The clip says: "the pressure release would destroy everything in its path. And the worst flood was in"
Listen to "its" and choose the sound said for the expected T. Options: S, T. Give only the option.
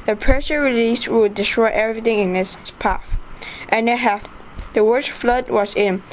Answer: S